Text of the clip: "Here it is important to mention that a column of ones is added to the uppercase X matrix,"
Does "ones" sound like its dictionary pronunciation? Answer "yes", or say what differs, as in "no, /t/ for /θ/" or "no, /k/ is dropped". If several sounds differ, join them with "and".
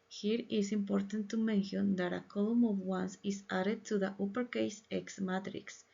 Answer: no, /s/ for /z/